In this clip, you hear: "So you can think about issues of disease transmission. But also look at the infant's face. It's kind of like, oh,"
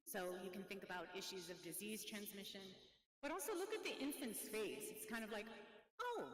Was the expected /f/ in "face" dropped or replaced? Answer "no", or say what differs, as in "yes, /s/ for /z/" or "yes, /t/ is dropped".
yes, /p/ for /f/